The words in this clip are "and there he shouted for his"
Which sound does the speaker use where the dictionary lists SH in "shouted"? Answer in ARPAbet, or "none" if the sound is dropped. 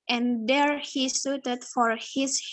S